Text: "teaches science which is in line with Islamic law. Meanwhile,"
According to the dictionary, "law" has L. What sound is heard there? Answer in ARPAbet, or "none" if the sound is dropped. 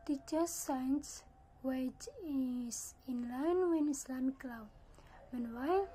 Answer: L